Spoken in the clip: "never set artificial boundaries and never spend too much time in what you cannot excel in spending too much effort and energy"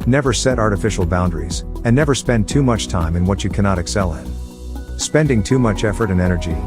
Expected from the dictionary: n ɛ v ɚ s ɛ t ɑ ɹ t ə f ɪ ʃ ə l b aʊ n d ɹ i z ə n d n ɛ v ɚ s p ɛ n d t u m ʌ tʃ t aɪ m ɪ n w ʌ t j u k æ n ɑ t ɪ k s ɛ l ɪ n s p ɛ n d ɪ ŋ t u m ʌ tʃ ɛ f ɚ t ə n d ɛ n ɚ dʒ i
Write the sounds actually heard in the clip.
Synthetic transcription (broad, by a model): n ɛ v ɚ s ɛ t ɑ ɹ t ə f ɪ ʃ l b aʊ n d ɹ i z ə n n ɛ v ɚ s p ɛ n t u m ʌ tʃ t aɪ m ɪ n w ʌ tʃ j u k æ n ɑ t ɪ k s ɛ l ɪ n s p ɛ n d ɪ ŋ t u m ʌ tʃ ɛ f ɚ t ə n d ɛ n ɚ dʒ i